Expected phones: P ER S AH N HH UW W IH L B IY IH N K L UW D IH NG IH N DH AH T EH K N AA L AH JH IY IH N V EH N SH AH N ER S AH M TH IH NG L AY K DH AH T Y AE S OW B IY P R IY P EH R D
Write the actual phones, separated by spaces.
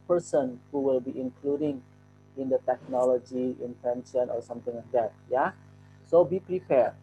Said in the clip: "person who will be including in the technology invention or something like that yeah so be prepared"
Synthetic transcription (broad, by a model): P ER S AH N HH UW W IH L B IY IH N K L UW D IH NG IH N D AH T EH K N AA L AH JH IY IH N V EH N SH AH N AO S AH M T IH NG L AY K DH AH T Y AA S OW B IY P R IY P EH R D